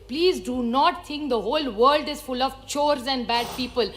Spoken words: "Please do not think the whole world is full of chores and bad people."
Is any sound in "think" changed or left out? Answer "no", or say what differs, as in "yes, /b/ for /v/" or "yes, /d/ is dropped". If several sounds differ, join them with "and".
yes, /t/ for /θ/